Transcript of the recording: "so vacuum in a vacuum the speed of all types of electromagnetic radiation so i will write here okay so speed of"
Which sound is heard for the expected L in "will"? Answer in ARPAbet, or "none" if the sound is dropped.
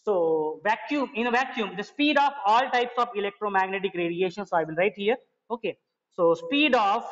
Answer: N